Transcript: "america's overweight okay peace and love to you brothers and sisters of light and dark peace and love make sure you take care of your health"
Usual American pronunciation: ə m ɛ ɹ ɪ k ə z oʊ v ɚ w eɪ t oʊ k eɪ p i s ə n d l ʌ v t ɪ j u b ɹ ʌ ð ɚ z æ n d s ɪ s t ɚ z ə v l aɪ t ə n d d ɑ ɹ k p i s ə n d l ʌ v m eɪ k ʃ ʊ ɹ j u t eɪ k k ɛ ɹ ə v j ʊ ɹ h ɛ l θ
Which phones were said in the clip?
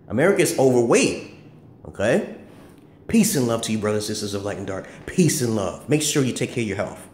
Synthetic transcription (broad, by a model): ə m ɛ ɹ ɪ k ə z oʊ v ɚ w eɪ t oʊ k eɪ p i s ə n l ʌ v t ɪ j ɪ b ɹ ʌ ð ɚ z n s ɪ s t ɚ z ə v l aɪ ə n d d ɑ ɹ k p i s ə n l ʌ v m eɪ k ʃ ʊ ɹ j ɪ t eɪ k k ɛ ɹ j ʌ ɹ h ɛ l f